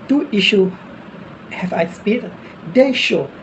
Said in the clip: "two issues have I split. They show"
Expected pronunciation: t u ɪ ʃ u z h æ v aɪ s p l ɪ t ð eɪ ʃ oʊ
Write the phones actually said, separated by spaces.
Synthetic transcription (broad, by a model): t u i ʃ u h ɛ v aɪ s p i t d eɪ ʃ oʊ